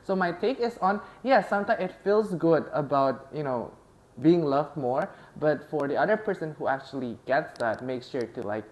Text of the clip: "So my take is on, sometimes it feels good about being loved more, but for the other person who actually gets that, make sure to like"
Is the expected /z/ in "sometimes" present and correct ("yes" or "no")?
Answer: no